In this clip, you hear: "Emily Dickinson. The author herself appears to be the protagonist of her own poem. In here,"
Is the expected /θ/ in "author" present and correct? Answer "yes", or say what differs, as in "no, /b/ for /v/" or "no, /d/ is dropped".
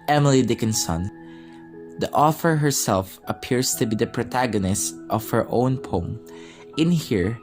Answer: no, /f/ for /θ/